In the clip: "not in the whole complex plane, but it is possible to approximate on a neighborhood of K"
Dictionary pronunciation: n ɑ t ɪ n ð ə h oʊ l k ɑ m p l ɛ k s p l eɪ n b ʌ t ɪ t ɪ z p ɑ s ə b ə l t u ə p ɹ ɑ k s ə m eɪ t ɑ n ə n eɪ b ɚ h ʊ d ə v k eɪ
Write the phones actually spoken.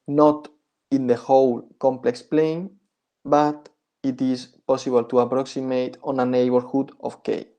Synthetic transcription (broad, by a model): n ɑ t ɪ n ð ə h oʊ l k ɑ m p l ɛ k s p l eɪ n b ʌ t ɪ t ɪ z p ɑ s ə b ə l t u ə p ɹ ɑ k s ə m eɪ t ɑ n ə n eɪ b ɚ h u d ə f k eɪ